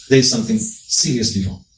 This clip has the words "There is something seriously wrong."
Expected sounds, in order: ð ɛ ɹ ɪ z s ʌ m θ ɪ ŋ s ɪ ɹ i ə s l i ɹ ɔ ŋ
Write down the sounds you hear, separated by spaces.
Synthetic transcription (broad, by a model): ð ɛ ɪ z s ʌ m θ ɪ ŋ s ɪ ɹ i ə s l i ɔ